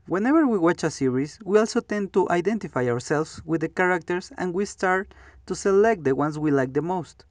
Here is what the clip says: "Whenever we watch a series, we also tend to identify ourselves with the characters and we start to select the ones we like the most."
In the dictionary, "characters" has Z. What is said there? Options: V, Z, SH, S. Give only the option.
S